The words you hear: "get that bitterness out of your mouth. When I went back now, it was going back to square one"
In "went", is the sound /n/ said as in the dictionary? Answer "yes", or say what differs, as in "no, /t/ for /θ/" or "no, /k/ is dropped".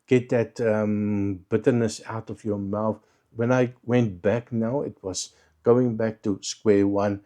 yes